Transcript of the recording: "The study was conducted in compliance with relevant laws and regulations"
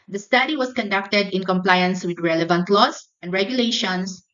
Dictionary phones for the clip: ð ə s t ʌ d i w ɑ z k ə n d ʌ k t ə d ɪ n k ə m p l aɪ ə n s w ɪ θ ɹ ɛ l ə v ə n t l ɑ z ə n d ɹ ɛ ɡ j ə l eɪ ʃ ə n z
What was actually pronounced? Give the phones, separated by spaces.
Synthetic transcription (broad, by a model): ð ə s t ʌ d i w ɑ s k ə n d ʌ k t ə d ɪ n k ə m p l aɪ ə n s w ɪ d ɹ ɛ l ə v ə n t l ɑ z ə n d ɹ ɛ ɡ j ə l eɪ ʃ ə n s